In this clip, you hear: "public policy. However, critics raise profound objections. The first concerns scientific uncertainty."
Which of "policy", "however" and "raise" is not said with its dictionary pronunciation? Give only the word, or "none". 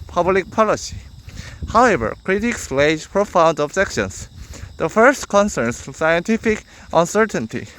raise